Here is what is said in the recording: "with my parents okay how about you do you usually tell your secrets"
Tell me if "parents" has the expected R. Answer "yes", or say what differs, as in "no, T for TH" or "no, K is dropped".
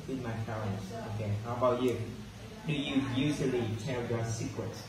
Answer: no, L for R